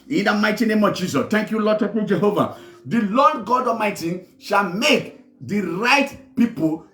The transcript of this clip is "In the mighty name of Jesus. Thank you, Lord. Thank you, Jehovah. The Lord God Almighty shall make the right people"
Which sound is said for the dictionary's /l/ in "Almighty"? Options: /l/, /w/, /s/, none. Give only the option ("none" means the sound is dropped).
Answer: none